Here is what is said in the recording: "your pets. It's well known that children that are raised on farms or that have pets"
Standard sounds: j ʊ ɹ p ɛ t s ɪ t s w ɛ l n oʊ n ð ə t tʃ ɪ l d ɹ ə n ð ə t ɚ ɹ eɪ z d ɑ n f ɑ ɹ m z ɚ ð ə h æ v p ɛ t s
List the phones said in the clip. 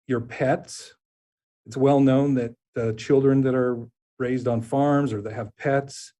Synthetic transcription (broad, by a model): j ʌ ɹ p ɛ t s ɪ t s w ɛ l n oʊ n ð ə t tʃ ɪ l d ɹ ə n ð ə t ɚ ɹ eɪ z d n f ɑ ɹ m z ɚ ð ə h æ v p ɛ t s